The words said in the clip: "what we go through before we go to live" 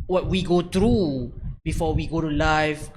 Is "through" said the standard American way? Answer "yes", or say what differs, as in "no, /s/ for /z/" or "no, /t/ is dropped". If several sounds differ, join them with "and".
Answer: no, /t/ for /θ/